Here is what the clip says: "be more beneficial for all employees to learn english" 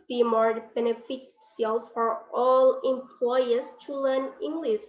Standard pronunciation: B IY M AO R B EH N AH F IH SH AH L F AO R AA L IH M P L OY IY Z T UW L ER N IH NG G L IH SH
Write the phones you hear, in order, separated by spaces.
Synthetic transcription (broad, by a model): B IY M AO R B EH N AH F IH S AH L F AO R AA L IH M P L OY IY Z T UW L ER N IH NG G L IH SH